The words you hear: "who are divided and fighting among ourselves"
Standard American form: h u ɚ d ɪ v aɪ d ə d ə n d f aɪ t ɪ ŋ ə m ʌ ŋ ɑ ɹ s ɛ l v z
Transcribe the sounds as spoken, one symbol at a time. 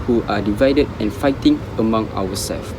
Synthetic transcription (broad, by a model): h u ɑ d ɪ v aɪ d ə d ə n f aɪ t ɪ ŋ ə m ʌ ŋ ɑ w s ɛ l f